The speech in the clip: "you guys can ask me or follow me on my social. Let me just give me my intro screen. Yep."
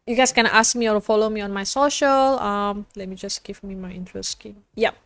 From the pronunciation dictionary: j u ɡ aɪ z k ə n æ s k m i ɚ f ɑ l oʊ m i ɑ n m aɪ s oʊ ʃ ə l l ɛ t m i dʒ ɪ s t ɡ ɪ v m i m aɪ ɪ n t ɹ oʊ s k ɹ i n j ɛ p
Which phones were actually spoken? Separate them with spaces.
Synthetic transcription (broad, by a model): j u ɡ aɪ s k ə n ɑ s k m i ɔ f ɑ l oʊ m i ɑ n m aɪ s oʊ ʃ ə l l ɛ t m i dʒ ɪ s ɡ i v m i m aɪ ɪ n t ɹ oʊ s k i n j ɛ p